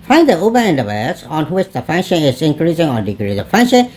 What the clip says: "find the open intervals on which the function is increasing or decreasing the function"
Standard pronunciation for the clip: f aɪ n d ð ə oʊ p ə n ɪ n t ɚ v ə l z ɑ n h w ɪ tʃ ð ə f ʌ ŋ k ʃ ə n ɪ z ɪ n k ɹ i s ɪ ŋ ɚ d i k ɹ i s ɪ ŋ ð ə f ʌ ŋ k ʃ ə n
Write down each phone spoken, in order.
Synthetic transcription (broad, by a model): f aɪ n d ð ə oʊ b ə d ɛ n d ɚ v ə z ɑ n h w ɪ tʃ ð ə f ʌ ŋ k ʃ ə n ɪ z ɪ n k ɹ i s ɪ ŋ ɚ d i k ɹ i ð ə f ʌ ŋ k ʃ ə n